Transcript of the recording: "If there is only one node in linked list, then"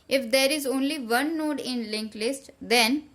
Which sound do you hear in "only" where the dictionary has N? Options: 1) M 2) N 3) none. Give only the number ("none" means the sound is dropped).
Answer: 2